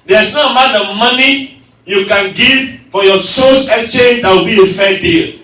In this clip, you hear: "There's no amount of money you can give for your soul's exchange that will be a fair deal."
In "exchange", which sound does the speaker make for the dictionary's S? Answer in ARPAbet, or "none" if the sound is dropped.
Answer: S